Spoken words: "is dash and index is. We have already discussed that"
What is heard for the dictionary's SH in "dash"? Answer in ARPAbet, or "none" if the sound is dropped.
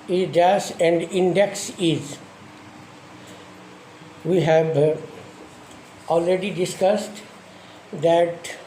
S